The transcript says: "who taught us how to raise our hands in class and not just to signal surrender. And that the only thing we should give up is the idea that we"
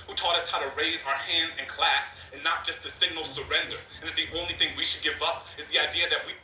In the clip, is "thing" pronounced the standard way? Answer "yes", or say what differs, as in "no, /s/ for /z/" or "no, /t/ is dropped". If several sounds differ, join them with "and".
yes